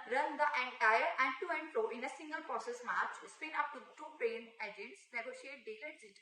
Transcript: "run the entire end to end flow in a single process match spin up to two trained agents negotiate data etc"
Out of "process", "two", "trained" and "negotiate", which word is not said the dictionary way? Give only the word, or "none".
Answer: trained